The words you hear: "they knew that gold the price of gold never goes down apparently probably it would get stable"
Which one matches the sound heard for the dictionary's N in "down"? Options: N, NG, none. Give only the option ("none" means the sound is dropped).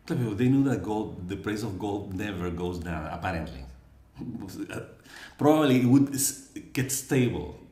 none